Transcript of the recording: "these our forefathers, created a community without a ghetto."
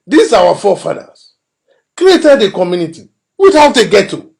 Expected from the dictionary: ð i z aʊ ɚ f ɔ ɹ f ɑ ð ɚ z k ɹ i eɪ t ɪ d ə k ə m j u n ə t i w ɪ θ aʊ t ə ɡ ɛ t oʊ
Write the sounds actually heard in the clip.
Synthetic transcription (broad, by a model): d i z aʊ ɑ f ɔ f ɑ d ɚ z k ɹ i eɪ t ɪ d ə k ə m j u n ə t i w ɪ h aʊ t ə ɡ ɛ t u